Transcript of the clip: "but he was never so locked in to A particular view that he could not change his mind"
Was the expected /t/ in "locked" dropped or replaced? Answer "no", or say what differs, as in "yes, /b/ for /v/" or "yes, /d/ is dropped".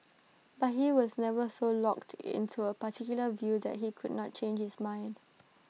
no